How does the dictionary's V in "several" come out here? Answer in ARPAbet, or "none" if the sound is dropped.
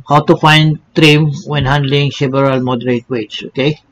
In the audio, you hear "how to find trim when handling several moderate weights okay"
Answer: B